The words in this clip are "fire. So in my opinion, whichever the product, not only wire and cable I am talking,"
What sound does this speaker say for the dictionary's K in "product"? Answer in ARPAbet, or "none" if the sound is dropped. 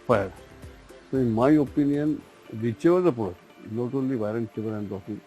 none